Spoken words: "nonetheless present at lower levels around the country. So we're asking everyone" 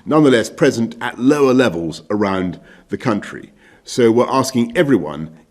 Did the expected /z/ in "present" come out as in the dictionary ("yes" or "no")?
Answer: yes